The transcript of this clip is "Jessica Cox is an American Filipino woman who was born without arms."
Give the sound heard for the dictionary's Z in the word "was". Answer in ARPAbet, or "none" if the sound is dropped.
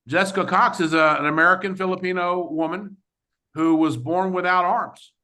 Z